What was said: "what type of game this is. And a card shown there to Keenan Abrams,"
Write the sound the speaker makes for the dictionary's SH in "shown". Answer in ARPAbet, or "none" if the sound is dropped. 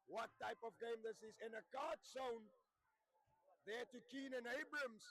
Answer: S